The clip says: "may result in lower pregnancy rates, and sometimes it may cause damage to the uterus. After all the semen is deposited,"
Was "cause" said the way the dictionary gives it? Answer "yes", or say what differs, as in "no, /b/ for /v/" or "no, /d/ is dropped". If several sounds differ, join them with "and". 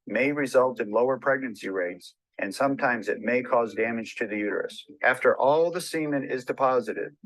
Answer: yes